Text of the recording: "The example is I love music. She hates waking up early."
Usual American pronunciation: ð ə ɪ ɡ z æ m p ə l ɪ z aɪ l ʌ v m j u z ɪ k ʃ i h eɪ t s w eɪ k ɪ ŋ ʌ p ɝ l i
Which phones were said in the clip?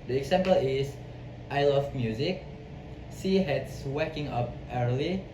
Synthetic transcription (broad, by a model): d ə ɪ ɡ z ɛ m p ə l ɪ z aɪ l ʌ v m j u z ɪ k s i h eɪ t s w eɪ k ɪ ŋ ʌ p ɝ l i